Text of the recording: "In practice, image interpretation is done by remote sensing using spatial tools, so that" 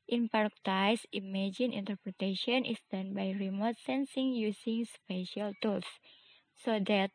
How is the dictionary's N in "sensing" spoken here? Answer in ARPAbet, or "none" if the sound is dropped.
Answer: N